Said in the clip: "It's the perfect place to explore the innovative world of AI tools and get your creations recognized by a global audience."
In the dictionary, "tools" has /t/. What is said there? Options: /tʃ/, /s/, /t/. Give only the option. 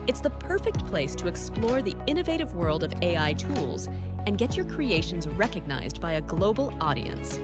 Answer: /t/